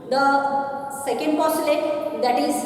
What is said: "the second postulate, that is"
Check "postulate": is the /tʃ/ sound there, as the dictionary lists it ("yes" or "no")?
no